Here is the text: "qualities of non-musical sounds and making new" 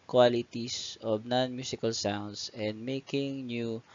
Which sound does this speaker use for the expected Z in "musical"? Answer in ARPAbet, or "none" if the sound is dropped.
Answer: S